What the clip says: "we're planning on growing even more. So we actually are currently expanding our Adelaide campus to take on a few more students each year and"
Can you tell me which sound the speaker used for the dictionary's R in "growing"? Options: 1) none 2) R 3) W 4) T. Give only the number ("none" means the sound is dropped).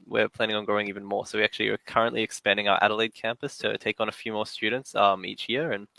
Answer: 1